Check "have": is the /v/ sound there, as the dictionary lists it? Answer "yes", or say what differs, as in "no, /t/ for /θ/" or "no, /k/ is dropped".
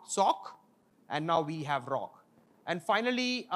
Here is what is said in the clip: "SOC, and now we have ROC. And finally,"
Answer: yes